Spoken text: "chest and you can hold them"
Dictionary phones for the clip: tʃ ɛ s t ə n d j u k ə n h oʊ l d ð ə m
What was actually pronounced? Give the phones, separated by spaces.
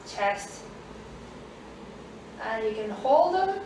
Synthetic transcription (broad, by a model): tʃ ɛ s t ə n j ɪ k ə n h oʊ l d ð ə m